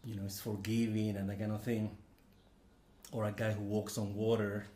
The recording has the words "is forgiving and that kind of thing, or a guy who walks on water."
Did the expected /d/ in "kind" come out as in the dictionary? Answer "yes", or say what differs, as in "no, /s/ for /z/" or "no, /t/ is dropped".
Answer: no, /d/ is dropped